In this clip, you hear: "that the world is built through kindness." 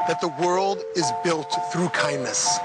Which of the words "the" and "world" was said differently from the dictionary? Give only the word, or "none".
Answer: none